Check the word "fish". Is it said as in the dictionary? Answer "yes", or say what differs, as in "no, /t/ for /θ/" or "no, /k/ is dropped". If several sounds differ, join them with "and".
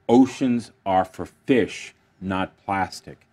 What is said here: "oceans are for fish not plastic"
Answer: yes